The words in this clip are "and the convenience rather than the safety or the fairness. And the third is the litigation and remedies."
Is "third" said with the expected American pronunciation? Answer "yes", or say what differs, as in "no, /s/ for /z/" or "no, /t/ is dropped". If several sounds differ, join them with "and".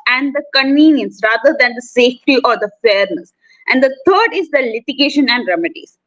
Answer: no, /t/ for /θ/